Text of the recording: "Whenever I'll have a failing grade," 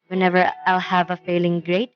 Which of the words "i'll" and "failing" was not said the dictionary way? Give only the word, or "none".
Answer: none